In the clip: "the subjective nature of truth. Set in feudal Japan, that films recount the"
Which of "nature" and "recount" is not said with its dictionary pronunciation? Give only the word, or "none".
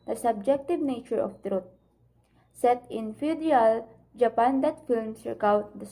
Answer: recount